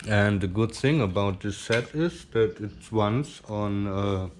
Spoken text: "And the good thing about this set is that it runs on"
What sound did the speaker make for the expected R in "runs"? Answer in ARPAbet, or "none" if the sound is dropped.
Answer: W